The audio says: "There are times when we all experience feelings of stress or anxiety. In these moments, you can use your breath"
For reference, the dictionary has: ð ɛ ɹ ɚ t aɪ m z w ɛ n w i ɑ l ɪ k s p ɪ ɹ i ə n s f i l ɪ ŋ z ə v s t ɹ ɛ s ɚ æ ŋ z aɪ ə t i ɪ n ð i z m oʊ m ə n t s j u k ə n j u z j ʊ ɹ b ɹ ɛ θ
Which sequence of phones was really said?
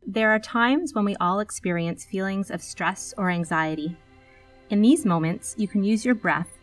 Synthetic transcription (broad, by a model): ð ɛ ɹ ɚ t aɪ m z w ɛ n w i ɑ l ɪ k s p ɪ ɹ i ə n s f i l ɪ ŋ z ə v s t ɹ ɛ s ɚ æ ŋ z aɪ ə t i ɪ n ð i z m oʊ m ə n t s j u k ə n j u z j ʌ ɹ b ɹ ɛ θ